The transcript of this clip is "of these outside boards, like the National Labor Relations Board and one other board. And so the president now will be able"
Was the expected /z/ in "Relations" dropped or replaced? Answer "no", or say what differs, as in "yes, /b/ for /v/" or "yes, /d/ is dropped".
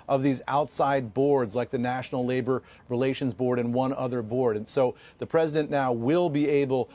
no